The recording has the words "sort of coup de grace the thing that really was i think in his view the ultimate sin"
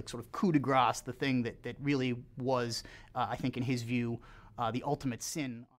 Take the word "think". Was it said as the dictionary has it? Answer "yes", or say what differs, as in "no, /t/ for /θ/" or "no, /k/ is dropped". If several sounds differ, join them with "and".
yes